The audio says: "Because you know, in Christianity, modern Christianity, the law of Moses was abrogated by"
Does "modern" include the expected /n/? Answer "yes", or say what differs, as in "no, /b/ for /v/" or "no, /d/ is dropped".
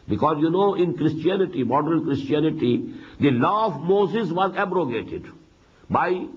no, /l/ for /n/